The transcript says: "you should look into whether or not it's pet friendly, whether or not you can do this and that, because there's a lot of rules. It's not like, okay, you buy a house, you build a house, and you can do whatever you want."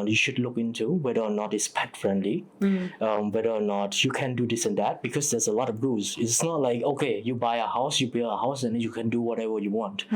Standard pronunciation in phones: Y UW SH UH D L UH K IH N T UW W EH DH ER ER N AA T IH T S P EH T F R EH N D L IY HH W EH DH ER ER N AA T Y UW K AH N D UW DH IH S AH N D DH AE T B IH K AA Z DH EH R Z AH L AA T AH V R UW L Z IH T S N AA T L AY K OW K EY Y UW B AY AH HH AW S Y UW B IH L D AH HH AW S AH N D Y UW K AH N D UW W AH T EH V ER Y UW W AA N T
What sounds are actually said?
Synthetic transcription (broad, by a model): Y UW SH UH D L UH K IH N T UW W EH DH ER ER N AA T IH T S P EH T F R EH N D L IY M W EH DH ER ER N AA T Y UW K AH N D UW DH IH S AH N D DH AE T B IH K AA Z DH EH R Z AH L AA T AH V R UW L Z IH T S N AA T L AY K OW K EY Y UW B AY AH HH AW S Y UW B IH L AH HH AW S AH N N Y UW K AH N D UW W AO T EH V ER Y UW W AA N T